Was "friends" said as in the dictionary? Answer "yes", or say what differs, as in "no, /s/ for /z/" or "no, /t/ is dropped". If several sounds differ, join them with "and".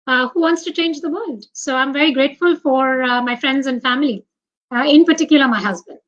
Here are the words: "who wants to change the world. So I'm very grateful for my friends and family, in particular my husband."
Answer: yes